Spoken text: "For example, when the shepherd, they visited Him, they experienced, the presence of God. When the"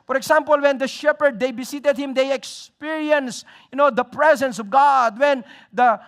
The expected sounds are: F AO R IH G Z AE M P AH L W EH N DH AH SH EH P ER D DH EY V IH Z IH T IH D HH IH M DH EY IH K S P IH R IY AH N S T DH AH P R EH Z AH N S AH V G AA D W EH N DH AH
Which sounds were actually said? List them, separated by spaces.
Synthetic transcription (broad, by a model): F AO R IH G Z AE M P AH L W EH N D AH SH EH P ER D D EY B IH S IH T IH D HH IH M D EY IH K S P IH R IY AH N S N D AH P R EH Z AH N S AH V G AA D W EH N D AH